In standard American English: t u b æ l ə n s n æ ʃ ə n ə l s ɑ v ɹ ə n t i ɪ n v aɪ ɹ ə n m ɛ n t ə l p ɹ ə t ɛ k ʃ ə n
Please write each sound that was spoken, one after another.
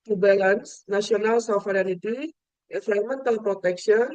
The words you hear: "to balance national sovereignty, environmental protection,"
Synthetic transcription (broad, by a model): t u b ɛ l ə n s n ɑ s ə n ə l s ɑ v ɹ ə n t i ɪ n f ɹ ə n m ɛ n t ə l p ɹ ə t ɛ k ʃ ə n